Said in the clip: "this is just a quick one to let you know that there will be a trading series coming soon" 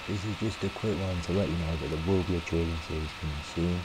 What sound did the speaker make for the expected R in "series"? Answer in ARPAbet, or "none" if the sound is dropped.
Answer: none